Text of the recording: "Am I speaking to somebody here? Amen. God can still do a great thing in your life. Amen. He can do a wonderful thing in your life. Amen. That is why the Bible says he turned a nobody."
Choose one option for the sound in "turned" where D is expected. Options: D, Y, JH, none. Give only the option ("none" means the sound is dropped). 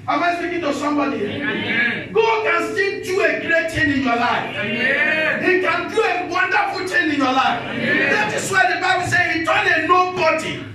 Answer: none